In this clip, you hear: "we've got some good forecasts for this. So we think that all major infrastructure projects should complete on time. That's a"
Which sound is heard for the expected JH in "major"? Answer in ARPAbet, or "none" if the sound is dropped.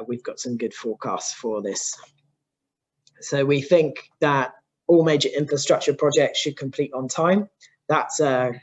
JH